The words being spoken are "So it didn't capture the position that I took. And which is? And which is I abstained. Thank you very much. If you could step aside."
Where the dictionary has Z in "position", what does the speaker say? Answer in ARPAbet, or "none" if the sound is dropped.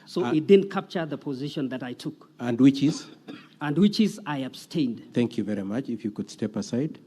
Z